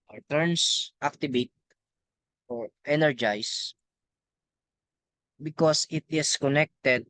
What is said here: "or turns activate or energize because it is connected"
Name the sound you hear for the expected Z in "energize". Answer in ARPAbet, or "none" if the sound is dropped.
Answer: S